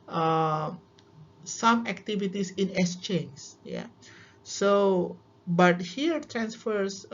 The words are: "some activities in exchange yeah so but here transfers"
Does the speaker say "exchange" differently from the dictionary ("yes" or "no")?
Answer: yes